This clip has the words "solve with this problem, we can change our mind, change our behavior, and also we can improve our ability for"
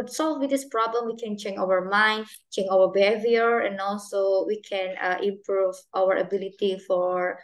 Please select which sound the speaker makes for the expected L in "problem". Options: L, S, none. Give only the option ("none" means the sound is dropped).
L